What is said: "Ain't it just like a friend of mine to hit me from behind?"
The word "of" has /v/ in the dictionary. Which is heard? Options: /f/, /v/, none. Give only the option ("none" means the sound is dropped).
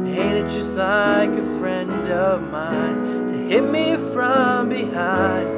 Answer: /v/